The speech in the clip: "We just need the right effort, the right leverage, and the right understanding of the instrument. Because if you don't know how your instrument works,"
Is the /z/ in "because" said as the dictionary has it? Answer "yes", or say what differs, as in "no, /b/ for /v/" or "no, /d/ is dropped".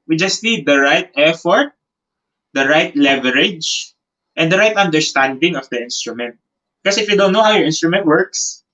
no, /z/ is dropped